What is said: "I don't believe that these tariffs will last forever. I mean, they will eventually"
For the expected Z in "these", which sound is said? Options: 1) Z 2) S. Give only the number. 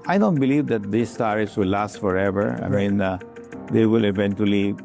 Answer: 2